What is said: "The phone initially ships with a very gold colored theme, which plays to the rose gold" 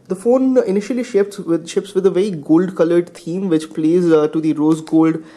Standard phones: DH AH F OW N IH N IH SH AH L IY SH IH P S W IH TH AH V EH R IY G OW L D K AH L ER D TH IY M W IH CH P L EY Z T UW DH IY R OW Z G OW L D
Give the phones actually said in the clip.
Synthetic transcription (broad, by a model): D AH F OW N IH N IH SH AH L IY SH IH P S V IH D AH V EH R IY G OW L D K AH L ER D T IY M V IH CH P L EY Z T UW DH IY R OW Z G OW L D